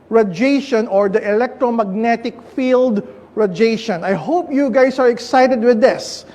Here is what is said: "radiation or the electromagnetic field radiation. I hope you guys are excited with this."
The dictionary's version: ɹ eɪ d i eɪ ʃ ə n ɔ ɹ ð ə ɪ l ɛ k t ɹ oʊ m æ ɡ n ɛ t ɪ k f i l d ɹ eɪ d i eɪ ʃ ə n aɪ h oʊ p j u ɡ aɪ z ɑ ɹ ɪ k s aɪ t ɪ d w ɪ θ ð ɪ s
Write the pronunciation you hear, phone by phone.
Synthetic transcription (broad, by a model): ɹ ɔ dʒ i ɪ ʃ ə n ɔ ɹ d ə ɪ l ɛ k t ɹ oʊ m æ ɡ n ɛ t ɪ k f i l d ɹ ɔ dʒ eɪ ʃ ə n aɪ h oʊ p j u ɡ aɪ s ɑ ɹ ɪ k s aɪ t ɪ d w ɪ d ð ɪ s